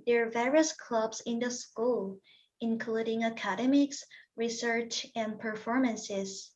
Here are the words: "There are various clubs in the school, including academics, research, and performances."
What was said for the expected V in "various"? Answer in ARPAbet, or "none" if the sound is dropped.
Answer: V